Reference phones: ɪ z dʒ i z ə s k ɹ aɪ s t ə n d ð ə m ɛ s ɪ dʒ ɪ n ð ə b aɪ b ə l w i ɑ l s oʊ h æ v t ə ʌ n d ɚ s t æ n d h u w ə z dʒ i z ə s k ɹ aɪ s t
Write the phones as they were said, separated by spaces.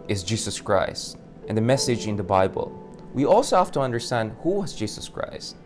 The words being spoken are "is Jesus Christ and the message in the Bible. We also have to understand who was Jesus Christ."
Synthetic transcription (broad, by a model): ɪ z dʒ i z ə s k ɹ aɪ s t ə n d ð ə m ɛ s ɪ dʒ ɪ n ð ə b aɪ b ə l w i ɑ l s oʊ h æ f t ə ʌ n d ɚ s t æ n d h u w ə z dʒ i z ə s k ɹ aɪ s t